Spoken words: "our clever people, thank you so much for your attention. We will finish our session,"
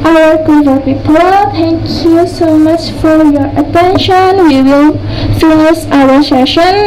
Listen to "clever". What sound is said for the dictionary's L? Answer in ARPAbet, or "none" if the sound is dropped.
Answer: none